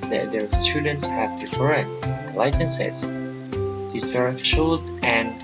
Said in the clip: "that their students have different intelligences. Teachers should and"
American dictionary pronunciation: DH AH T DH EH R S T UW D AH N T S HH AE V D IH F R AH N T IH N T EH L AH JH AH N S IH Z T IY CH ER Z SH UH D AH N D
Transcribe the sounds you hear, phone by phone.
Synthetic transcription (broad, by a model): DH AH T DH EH R S T UW D AH N T S HH AE V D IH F AH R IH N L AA AH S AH N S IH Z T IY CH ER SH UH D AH N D